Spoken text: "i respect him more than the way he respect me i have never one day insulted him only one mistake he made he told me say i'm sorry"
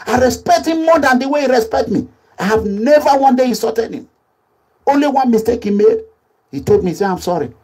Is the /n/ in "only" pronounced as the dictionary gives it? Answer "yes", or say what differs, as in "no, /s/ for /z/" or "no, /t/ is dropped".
yes